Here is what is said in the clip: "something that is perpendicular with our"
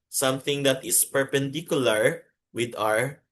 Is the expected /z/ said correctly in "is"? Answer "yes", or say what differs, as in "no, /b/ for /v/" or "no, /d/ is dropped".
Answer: no, /s/ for /z/